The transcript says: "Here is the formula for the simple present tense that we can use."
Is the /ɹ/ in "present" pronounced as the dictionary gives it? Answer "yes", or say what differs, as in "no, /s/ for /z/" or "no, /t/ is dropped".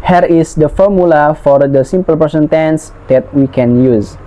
no, /ɹ/ is dropped